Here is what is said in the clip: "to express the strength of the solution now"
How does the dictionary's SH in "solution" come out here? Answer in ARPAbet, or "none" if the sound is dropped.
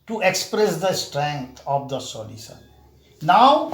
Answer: S